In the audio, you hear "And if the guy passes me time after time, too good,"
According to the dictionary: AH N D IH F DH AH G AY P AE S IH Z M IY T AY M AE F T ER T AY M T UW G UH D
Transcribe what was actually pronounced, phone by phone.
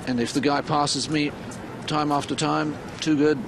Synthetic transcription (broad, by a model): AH N IH F DH AH G AY P AE S IH Z M IY T AY M AE F T ER T AY M T UW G UH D